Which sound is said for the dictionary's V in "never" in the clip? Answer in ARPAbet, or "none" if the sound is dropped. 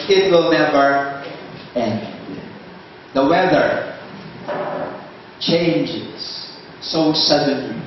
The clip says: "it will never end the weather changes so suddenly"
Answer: B